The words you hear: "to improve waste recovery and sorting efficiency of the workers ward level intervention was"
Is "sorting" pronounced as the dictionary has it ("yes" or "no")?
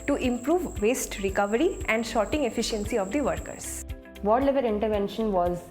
no